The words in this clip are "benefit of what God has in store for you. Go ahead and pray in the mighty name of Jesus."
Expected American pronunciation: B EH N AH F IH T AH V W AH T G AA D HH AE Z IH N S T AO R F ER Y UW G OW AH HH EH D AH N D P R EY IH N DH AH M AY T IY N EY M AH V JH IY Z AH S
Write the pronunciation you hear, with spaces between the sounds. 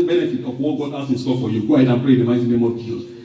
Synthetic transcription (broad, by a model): B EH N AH F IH T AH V W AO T G AA D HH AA S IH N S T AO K F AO Y UW G OW AH HH EH D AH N P R EY IH N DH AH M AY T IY N EY M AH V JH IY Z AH S